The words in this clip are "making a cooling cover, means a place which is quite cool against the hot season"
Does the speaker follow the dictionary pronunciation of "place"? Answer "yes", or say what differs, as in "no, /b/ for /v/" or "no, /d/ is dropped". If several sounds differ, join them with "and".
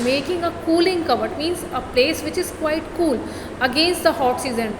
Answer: yes